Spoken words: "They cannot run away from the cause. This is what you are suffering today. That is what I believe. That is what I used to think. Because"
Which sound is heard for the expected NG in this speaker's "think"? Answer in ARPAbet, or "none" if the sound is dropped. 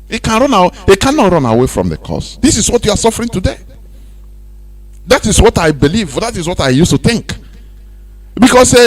NG